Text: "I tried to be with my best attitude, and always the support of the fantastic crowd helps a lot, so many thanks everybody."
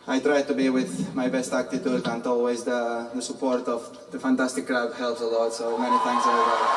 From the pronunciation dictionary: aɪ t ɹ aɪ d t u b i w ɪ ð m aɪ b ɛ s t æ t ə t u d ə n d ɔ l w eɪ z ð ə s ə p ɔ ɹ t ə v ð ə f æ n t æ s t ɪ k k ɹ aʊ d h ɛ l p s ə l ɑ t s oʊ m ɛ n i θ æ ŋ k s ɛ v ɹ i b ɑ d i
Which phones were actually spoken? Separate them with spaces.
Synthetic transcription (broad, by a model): aɪ t ɹ aɪ d t u b i w ɪ ð m aɪ b ɛ s t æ t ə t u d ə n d ɔ l w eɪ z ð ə s ə p ɔ ɹ t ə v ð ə f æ n t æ s t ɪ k k ɹ aʊ d h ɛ l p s ə l ɑ t s oʊ m ɛ n i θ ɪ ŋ s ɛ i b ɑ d